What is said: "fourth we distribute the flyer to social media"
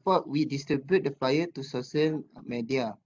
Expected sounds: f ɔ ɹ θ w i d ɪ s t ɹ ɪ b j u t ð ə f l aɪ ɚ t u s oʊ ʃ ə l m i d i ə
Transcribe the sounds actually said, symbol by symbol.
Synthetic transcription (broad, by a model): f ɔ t w i d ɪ s t ɹ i b j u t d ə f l aɪ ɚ t u s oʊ s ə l m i d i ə